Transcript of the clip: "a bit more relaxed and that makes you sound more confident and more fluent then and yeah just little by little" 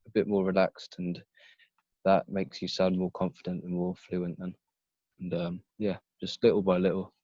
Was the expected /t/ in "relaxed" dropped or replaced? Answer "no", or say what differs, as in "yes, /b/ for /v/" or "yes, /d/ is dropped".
no